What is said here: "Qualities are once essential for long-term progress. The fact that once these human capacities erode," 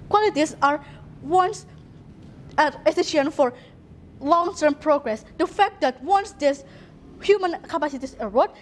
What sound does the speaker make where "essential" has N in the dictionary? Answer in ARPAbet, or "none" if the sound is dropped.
none